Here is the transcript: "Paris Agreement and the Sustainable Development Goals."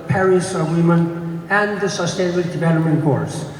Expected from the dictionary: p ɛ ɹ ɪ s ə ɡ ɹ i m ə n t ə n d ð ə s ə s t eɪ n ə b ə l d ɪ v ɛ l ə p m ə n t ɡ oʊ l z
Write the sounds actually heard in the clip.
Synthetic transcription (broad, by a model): p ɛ ɹ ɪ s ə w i m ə n ə n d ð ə s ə s t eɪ n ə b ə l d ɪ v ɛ l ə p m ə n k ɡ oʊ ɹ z